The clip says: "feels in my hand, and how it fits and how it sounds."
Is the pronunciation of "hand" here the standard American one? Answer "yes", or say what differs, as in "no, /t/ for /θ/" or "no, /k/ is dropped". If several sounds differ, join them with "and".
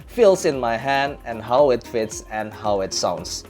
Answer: yes